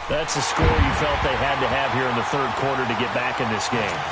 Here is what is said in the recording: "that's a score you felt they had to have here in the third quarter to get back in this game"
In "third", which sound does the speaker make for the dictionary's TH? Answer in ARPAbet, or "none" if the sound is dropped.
TH